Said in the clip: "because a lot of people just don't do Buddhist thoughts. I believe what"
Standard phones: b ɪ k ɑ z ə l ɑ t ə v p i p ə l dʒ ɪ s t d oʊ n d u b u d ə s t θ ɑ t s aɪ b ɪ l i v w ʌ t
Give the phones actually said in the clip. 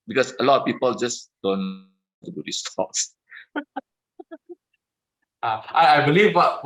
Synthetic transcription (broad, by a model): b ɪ k ɑ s ə l ɑ t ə f p i p ə l dʒ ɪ s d oʊ n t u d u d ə s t ɑ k s aɪ b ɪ l i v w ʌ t